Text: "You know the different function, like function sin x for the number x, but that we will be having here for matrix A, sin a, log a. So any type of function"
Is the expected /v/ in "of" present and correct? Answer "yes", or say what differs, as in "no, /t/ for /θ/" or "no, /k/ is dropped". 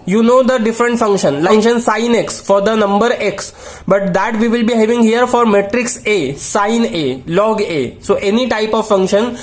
yes